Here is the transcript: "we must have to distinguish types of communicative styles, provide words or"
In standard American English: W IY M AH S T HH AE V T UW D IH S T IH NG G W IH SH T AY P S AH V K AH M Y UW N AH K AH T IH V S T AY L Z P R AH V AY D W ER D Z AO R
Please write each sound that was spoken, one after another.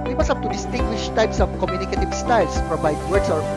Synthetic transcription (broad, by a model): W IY M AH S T HH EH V T UW D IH S T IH NG G W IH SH T AY P S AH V K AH M Y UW N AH K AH T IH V S T AY L S P R AH V AY D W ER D S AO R